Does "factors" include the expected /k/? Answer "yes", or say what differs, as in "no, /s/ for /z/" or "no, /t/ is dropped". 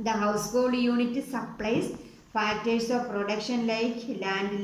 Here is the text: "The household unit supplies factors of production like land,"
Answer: no, /k/ is dropped